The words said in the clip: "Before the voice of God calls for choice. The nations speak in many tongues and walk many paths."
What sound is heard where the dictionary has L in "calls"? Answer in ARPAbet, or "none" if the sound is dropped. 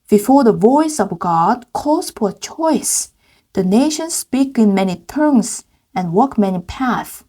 none